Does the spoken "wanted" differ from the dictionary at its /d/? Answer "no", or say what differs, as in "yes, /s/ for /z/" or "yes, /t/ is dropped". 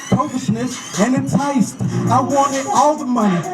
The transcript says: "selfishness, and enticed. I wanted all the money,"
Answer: yes, /d/ is dropped